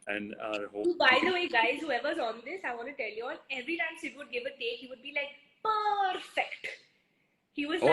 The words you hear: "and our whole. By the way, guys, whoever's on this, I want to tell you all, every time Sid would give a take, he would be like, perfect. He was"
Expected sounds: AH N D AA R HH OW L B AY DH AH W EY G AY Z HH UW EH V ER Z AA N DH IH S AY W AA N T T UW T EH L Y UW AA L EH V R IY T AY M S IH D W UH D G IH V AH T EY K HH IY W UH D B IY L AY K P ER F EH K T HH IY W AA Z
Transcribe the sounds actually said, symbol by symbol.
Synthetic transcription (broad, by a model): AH N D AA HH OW B AY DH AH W EY G AY Z HH UW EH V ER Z AA N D IH S AY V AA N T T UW T EH L Y UW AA N EH V R IY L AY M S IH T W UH D G IH V AH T EY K HH IY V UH D B IY L AY K P ER F EH K T HH IY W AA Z